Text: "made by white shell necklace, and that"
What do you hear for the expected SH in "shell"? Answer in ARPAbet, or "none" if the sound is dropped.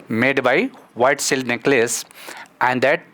S